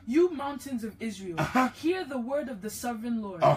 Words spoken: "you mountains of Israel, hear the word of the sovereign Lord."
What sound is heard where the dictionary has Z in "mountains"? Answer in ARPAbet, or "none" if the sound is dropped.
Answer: Z